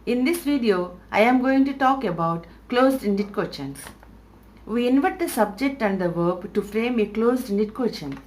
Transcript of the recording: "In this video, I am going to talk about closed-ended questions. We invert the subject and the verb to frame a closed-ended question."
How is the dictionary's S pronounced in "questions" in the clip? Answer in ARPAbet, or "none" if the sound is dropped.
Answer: none